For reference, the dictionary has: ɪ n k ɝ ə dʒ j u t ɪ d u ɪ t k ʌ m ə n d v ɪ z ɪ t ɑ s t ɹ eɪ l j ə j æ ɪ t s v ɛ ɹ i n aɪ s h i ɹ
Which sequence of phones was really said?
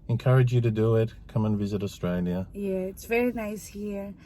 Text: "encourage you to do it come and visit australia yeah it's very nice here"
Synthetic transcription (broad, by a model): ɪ n k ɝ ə dʒ j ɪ t ɪ d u ɪ t k ʌ m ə n v ɪ z ɪ t ɑ s t ɹ eɪ l j ə j æ ɪ t s v ɛ ɹ i n aɪ s h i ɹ